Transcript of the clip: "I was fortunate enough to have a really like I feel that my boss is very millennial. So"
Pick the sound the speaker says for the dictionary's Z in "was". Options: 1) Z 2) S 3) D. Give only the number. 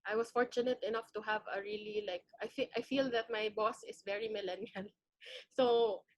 2